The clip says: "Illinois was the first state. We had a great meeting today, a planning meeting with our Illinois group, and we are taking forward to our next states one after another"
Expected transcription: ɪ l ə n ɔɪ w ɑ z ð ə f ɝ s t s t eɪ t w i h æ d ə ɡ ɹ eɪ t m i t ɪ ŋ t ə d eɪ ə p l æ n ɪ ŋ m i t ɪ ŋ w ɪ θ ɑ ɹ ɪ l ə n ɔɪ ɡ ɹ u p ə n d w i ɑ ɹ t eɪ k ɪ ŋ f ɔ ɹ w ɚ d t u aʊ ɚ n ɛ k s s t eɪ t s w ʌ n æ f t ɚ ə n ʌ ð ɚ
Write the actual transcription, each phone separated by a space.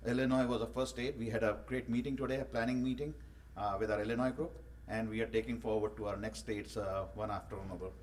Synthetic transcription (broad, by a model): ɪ l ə n ɔɪ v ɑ z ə f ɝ t s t eɪ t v i h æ d ə ɡ ɹ eɪ t m i t ɪ ŋ t ə d eɪ ə p l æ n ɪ ŋ m i t ɪ ŋ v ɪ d ɑ ɹ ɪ l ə n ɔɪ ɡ ɹ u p ə n d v i ɑ ɹ t eɪ k ɪ ŋ f ɔ ɹ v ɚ d t u aʊ ɚ n ɛ k s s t eɪ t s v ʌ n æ f t ɚ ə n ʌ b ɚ